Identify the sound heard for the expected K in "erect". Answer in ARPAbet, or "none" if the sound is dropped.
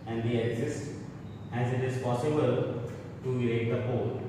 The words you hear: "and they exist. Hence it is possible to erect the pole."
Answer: none